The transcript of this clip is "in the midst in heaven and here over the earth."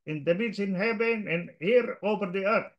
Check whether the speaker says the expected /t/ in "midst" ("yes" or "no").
no